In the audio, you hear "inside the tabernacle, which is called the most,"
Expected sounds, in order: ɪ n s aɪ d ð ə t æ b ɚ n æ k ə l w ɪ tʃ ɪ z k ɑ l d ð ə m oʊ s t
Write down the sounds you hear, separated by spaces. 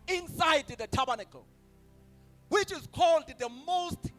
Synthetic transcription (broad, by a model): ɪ n s aɪ d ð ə t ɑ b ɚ n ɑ k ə w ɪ tʃ ɪ z k ɑ l d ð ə m oʊ s t